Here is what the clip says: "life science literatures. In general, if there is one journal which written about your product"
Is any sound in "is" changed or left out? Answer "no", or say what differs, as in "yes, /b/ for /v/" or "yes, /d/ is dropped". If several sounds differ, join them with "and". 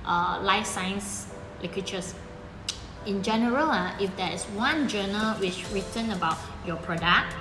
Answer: yes, /s/ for /z/